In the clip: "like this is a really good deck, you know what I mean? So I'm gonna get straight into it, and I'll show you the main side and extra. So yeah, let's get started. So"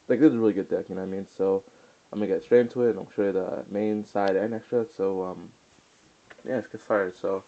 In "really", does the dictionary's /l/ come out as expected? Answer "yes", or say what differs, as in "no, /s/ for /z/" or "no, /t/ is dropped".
yes